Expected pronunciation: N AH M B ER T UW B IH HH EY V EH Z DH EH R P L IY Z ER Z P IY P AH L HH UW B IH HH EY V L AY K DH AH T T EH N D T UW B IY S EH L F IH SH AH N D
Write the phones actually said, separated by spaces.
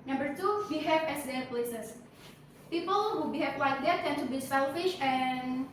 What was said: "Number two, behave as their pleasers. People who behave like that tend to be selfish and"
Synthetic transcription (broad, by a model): N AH M B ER T UW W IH HH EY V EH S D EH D P L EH S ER S P IY P AH L HH UW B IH HH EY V W AY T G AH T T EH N T UW B IY S EH L F IH SH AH N